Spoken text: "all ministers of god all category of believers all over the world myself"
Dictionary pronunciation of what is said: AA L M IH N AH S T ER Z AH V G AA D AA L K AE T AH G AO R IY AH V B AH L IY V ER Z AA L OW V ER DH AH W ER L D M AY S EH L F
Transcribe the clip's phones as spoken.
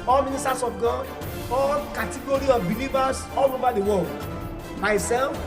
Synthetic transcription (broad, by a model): AA L M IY N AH S T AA S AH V G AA AA L K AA T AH G AO R IY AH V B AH L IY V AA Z AA L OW V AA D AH W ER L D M AY S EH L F